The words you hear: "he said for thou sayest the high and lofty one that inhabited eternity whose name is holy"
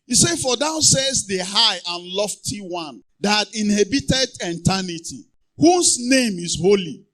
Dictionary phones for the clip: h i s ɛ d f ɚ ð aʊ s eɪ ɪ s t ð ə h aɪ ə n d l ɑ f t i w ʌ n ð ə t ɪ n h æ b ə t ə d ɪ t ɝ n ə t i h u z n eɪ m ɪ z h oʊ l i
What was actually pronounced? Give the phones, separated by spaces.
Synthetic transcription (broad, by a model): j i s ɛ f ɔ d aʊ s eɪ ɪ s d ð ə h aɪ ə n l ɑ f t i w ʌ n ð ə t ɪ n h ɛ b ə t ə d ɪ t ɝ n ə t i h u s n eɪ m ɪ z h oʊ l i